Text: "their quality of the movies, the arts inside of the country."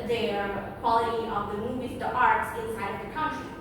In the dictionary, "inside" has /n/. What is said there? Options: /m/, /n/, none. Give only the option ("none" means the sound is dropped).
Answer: /n/